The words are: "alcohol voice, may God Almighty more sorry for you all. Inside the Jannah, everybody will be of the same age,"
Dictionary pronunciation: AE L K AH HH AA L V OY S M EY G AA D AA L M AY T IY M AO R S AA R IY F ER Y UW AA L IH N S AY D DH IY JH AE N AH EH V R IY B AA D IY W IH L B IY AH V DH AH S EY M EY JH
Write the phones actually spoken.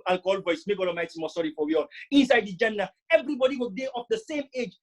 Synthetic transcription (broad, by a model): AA L K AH HH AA L V OY S M EY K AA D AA M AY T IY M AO S AA R IY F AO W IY AA L IH N S AY D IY JH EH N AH EH V R IY B AA D IY W IH L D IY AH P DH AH S EY M EY JH